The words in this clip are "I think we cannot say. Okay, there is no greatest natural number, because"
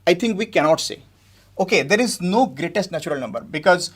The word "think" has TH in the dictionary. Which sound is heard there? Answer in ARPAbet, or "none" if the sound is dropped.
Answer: T